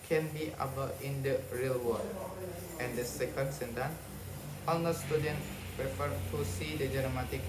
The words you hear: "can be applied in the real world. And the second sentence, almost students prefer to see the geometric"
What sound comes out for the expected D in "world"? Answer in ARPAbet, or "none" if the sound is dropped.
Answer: none